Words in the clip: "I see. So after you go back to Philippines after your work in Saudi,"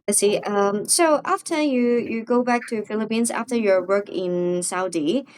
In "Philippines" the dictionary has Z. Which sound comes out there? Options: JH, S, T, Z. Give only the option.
Z